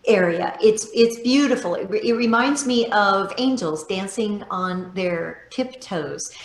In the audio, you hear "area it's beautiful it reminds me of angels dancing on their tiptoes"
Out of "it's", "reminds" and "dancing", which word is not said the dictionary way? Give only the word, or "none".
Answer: none